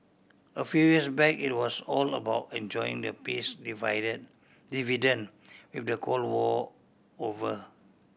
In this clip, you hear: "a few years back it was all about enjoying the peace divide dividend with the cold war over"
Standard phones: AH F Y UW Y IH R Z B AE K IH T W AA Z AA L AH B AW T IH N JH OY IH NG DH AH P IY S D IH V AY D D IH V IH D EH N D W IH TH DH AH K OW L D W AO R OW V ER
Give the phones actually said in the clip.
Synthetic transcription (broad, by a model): AH F Y UW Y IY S B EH K IH T W AA S AA L AH B AW T IH N JH OY IH NG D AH P IY S D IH V AY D D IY V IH D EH N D W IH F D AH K OW L W AO OW V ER